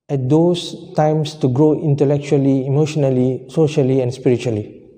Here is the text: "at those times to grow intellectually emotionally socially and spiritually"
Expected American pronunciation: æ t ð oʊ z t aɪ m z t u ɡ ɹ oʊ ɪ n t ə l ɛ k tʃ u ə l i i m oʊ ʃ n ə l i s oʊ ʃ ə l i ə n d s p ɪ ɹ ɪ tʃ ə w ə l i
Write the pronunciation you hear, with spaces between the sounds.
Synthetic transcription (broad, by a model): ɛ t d oʊ s t aɪ m s t u ɡ ɹ oʊ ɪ n t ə l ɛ k tʃ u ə l i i m oʊ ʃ n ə l i s oʊ ʃ ə l i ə n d s p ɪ ɹ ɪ tʃ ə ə l i